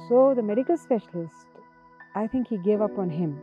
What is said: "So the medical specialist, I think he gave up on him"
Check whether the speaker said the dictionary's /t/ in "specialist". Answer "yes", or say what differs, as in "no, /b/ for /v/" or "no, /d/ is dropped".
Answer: yes